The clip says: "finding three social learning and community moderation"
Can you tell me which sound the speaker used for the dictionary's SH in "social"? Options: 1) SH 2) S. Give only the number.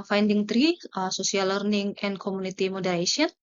2